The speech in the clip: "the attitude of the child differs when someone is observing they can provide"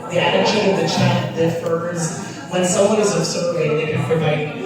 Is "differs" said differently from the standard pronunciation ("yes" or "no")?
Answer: no